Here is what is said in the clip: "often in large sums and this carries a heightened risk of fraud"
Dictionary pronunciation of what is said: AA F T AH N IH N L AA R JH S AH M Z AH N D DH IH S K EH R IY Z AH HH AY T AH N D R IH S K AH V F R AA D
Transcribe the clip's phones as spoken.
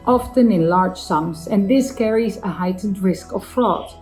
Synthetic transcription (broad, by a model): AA F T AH N IH N L AA R JH S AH M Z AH N DH IH S K EH R IY Z AH HH AY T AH N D R IH S K AH V F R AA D